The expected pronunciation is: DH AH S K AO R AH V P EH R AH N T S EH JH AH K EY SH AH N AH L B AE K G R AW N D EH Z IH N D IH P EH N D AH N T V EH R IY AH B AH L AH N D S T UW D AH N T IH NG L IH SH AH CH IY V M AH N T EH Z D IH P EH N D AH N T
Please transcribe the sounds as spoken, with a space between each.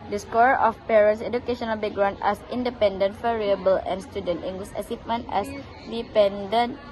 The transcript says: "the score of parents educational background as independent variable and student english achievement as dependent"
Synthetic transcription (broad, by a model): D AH S K AO R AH F P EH R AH N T S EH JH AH K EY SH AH N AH L B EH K G R AW N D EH S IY N D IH P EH N D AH N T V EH R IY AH B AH L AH N S T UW D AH N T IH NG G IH S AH S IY F M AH N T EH S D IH P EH N D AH N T